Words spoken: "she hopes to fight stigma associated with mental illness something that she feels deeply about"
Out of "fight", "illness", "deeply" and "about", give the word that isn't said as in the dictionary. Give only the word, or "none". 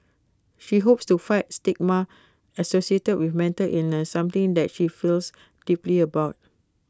illness